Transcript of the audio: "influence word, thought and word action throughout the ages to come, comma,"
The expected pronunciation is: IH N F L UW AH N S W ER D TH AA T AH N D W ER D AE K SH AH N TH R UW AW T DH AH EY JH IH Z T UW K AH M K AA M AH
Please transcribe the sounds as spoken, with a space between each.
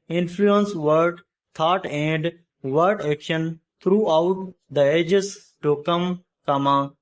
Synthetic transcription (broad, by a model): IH N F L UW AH N S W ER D T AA T AH N D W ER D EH K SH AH N T R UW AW T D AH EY JH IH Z T UW K AH M K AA M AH